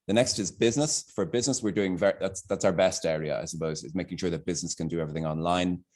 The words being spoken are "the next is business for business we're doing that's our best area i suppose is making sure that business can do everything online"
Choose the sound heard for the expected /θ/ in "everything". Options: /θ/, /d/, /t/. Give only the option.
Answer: /θ/